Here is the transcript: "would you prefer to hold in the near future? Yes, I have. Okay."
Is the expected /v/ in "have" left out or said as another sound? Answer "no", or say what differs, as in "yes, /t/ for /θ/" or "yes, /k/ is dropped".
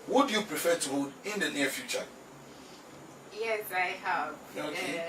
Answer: yes, /p/ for /v/